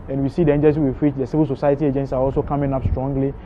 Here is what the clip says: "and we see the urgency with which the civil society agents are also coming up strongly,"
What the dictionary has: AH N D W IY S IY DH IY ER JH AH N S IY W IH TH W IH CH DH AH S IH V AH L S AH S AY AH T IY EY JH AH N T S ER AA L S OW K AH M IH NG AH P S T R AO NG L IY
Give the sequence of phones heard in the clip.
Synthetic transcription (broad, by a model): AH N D W IY S IY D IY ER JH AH L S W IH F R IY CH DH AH S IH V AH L S AH S AY AH T IY EY JH AH N T S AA AA L S OW K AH M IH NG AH P S T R AO NG L IY